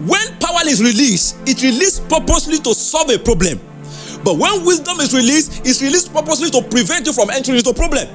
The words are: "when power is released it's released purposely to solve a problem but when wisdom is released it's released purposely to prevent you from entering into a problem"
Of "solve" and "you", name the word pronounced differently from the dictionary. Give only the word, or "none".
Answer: none